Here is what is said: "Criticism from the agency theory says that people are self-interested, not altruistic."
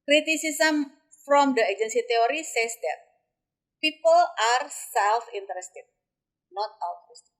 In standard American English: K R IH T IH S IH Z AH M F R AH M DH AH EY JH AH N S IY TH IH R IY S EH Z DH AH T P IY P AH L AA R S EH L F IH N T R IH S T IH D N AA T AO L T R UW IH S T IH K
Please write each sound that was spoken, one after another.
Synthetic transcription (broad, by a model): K R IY T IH S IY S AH M F R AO M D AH EY JH AH N S IY T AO R IY S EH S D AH T P IY P AH L AA R S EH L F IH N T R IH S T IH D N AA T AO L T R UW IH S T